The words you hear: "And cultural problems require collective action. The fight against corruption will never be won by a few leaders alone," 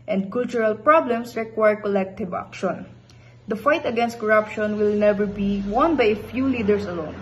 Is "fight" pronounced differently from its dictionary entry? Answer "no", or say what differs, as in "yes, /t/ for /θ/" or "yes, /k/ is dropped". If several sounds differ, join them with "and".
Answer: no